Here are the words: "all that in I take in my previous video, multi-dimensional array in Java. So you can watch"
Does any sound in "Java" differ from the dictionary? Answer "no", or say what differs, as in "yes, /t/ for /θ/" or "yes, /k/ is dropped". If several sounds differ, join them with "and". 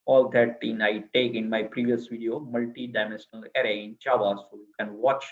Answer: yes, /tʃ/ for /dʒ/